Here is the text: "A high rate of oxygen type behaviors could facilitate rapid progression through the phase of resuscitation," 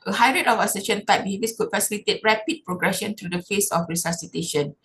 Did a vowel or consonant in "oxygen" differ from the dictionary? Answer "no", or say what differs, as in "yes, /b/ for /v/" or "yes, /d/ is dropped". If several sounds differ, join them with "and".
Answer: yes, /k/ is dropped and /ʃ/ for /dʒ/